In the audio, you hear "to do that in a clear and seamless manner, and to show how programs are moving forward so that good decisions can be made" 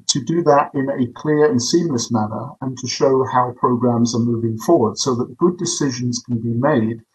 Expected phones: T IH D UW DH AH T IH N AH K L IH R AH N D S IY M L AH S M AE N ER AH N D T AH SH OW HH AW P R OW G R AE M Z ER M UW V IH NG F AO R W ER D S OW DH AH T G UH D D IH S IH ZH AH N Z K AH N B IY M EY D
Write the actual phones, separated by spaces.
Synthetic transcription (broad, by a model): T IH D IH DH AH T IH N AH K L IH R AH N S IY M L AH S M AE N ER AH N T AH SH OW HH AW P R OW G R AE M Z ER M UW V IH NG F AO R W ER D S OW DH AH T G UH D D IH S IH ZH AH N Z K AH N B IY M EY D